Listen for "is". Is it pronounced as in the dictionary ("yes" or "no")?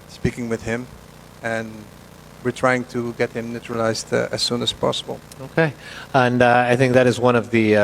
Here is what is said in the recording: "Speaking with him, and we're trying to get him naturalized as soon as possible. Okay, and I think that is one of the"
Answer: yes